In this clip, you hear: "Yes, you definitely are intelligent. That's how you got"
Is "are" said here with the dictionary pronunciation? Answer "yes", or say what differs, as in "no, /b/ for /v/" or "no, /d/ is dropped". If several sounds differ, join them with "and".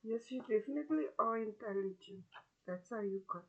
no, /l/ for /ɹ/